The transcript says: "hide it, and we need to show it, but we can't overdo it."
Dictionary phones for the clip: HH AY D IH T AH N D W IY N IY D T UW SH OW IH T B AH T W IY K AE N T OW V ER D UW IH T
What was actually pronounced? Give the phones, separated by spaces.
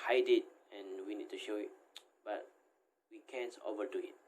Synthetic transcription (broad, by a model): HH AY D IH T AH N W IY N IY D T UW SH OW IH T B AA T W IY K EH N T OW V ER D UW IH T